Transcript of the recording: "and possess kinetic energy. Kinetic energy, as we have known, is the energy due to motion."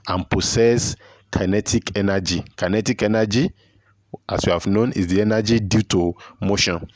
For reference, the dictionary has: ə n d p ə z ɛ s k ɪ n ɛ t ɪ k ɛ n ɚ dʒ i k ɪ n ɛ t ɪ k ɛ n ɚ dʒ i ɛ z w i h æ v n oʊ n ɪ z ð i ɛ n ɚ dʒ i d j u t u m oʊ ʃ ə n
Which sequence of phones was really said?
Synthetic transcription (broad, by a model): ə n p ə s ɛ s k ɪ n ɛ t ɪ k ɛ n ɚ dʒ i k ɪ n ɛ t ɪ k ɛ n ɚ dʒ i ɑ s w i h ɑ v n oʊ n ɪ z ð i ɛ n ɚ dʒ i d j u t u m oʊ ʃ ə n